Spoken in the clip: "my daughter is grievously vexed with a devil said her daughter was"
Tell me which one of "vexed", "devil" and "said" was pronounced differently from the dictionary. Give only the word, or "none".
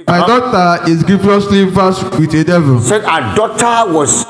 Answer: vexed